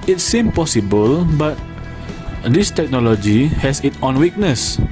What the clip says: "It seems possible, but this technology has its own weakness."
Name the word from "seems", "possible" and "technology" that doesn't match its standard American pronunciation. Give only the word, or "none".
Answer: seems